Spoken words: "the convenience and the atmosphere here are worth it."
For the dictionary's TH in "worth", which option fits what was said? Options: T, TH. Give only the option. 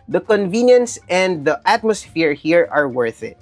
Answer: TH